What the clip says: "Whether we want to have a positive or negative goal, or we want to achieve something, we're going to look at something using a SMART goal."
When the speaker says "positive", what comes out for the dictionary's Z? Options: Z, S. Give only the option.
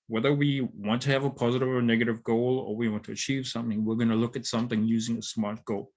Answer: Z